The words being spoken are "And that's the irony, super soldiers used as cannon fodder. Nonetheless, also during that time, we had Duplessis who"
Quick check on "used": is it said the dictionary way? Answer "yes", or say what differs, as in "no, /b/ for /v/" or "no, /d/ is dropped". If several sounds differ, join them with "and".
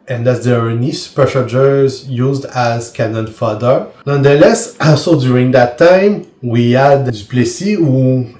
yes